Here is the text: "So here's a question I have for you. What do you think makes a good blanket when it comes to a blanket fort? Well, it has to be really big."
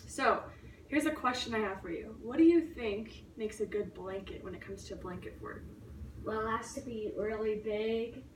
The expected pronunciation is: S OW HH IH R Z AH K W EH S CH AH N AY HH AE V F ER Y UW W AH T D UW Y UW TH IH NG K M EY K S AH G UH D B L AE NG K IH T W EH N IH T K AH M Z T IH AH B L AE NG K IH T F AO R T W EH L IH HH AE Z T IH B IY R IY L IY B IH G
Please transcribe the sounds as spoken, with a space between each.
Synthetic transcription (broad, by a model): S OW HH IH R Z AH K W EH S CH AH N AY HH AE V F ER Y UW W AH T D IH Y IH TH IH NG K M EY K S AH G UH D B L AE NG K IH T W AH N IH T K AH M Z T IH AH B L AE NG K IH T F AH R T W EH L IH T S T IH B IY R L IY B IH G